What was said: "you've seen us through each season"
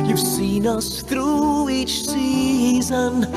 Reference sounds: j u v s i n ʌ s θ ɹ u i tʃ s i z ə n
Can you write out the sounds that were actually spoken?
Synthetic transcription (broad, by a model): j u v s i n ʌ s θ ɹ u i tʃ s i z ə n